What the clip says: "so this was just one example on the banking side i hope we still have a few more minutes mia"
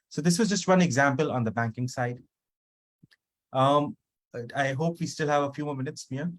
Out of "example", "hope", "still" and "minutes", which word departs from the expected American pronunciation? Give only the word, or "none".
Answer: none